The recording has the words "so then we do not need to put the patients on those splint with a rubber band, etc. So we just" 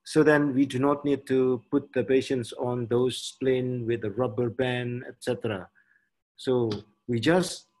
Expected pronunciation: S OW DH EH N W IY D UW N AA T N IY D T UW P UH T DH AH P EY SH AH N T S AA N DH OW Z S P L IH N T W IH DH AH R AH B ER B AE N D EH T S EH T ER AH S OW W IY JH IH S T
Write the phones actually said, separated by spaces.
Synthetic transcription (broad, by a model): S OW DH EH N W IY D UW N AA T N IY D T UW P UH T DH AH P EY SH AH N T S AA N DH OW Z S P L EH N W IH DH AH R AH B ER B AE N EH T S EH T ER AH S OW W IY JH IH S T